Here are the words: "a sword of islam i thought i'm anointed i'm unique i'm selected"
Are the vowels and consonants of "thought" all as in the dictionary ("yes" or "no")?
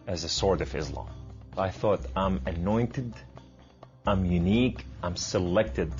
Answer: yes